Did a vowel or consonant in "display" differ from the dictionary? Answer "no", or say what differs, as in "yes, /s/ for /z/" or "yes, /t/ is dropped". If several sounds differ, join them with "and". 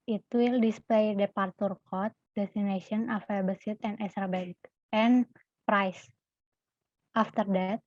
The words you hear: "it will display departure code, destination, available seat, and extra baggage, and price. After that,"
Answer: no